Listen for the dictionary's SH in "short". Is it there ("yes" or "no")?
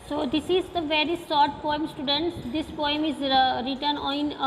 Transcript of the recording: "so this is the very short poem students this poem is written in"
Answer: no